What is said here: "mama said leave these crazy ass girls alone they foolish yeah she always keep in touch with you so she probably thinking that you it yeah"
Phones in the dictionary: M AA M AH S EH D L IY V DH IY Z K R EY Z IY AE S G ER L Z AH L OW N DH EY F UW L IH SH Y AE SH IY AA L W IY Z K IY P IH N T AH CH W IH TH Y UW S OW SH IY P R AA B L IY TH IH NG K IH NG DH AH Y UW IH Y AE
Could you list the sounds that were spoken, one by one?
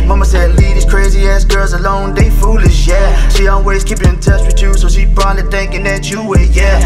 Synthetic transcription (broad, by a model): M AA M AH S EH D L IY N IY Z K R EY Z IY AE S G ER L Z AH L OW N DH EY F UW L IH SH Y AE SH IY AA L W IY Z K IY P IH N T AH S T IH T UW S OW SH IY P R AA L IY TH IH NG K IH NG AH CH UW IH Y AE